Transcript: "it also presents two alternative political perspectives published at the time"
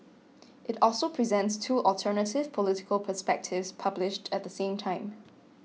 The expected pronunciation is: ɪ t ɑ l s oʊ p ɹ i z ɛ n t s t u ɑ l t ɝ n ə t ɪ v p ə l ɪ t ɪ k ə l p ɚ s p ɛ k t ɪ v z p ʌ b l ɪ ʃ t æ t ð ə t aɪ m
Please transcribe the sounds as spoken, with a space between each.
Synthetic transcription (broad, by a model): ɪ t ɑ l s oʊ p ɹ i z ɛ n t s t u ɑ l t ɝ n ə t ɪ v p ə l ɪ t ɪ k ə l p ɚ s p ɛ k t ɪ v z p ʌ b l ɪ ʃ t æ t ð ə t aɪ m